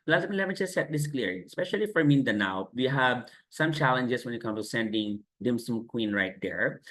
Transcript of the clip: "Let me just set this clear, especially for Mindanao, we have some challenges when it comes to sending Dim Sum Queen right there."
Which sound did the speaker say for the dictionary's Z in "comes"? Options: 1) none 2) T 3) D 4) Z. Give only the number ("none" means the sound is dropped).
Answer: 1